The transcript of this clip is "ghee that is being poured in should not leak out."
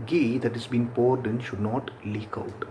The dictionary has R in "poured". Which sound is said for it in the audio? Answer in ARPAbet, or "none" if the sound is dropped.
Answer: R